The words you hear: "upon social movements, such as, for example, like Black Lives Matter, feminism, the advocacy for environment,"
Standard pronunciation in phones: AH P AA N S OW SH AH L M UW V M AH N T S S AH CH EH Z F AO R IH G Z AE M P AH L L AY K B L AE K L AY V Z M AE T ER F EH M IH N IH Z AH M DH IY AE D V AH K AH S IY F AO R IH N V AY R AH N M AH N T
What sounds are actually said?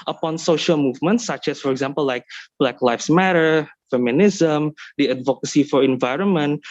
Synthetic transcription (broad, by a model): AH P AA N S OW SH AH L M UW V M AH N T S S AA CH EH S F AO R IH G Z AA M P AH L L AY K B L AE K L AY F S M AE T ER F EH M IH N IH Z AH M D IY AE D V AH K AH S IY F AO R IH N V AY R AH N M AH N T